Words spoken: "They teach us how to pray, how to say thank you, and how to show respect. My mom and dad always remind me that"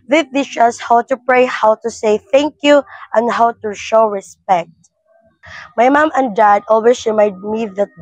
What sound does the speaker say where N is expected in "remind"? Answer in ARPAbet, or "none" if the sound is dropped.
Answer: none